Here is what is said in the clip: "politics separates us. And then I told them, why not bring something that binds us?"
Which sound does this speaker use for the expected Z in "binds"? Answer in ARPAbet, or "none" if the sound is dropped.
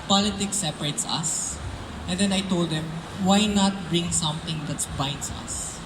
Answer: S